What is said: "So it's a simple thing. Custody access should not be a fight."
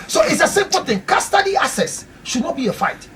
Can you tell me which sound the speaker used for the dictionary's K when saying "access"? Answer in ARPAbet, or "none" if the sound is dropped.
none